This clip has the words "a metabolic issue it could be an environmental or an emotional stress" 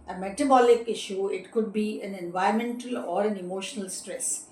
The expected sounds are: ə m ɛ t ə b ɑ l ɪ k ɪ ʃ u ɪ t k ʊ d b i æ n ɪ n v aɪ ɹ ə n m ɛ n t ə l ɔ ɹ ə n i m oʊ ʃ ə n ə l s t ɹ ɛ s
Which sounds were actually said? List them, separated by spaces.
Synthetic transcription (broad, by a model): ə m ɛ t ə b ɑ l ɪ k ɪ ʃ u ɪ t k ʊ d b i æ n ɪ n v aɪ ə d m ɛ n t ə l ɔ ɹ ə n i m oʊ ʃ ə n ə l s t ɹ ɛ s